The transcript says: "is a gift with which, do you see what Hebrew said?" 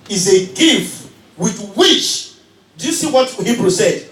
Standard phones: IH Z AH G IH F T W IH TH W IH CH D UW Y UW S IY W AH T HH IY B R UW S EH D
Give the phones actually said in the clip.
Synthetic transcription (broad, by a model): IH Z AH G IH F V W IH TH W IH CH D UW Y UW S IY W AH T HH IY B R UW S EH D